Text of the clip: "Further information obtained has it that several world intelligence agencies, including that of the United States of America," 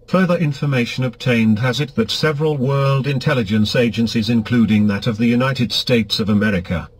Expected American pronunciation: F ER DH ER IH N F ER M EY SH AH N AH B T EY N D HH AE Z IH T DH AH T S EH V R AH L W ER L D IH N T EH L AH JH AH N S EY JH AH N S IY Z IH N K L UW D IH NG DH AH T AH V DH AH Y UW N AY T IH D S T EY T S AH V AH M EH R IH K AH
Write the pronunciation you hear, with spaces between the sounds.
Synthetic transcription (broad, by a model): F ER DH ER IH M F ER M EY SH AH N AH B T EY N D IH Z IH T DH AH T S EH V R AH L W ER L D IH N T EH L AH JH AH N S EY JH AH N S IY Z IH N K L UW D IH NG DH AH T AH V DH AH Y UW N AY T IH D S T EY T S AH V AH M EH R IH K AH